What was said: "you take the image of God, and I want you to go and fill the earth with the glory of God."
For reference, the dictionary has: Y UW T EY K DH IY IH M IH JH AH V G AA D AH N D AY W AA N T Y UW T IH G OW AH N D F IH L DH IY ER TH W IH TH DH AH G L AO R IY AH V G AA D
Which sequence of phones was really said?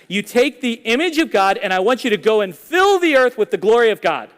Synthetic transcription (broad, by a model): Y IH T EY K DH IY IH M IH JH AH V G AA D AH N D AY W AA N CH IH T IH G OW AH N F IH L DH IY ER TH W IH DH AH G L AO R IY AH V G AA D